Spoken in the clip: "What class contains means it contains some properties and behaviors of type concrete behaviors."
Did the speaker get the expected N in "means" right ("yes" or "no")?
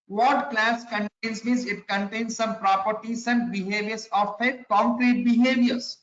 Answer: no